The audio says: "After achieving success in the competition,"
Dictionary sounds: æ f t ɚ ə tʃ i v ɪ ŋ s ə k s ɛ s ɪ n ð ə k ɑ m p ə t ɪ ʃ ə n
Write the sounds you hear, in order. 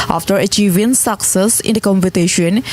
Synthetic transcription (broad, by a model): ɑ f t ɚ ə tʃ i v ɪ ŋ s ə k s ɛ s ɪ n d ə k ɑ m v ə t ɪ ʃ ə n